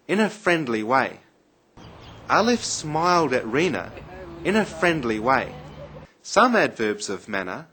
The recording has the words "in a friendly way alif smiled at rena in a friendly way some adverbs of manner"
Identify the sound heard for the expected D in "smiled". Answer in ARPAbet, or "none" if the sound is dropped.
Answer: D